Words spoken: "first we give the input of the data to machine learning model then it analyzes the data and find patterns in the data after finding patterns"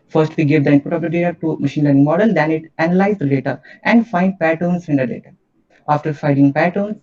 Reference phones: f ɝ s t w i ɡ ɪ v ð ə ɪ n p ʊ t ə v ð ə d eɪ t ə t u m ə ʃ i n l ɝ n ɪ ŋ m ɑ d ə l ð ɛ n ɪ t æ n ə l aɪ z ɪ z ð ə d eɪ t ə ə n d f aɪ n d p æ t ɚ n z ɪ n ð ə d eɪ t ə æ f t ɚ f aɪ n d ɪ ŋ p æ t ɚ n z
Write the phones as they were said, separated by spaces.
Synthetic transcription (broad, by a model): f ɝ s t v i ɡ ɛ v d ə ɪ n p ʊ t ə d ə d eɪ t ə t u m ə ʃ i n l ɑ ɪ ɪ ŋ m ɑ d ə l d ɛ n ɪ t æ n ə l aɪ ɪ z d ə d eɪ t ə ə n d f aɪ n d p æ t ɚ n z ɪ n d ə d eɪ t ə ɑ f t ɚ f aɪ d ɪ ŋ p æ t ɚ n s